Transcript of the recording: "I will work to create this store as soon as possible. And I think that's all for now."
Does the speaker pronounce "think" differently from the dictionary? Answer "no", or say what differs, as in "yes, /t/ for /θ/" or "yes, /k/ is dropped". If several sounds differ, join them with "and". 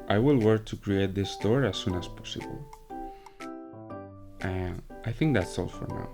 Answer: no